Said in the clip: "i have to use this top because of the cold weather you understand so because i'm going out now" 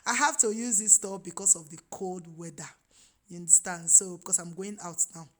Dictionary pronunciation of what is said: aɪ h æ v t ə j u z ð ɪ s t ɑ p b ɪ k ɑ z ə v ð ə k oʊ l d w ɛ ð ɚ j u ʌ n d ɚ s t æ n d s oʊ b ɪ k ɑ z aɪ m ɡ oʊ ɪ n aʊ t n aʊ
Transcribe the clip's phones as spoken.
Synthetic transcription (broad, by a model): aɪ h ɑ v t ə j u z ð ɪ s t ɑ b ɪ k ɑ s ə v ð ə k oʊ l d w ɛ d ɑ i n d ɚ s t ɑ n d s oʊ b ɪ k ɑ s aɪ m ɡ oʊ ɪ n aʊ t n aʊ